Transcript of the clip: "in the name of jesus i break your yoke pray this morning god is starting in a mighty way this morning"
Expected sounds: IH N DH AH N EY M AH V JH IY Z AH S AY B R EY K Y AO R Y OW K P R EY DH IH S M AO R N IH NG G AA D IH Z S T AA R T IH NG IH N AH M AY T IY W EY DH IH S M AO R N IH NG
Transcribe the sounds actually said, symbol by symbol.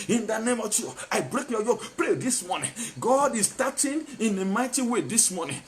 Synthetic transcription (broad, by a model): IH N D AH N EY M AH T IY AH AY B R EY K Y AO Y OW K P R EY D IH S M AO N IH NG G AA D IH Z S T AA T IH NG IH N AH M AY T IY W EY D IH S M AO N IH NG